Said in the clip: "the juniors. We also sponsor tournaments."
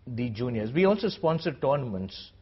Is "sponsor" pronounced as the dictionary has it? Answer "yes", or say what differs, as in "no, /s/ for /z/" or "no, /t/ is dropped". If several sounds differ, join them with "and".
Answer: yes